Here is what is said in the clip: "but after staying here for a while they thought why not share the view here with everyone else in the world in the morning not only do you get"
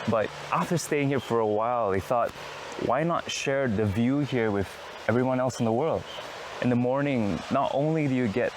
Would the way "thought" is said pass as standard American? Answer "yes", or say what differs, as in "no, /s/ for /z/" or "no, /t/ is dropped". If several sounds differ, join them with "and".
yes